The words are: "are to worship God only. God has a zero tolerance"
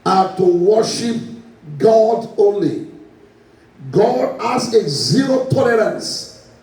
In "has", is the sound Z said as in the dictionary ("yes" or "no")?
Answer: no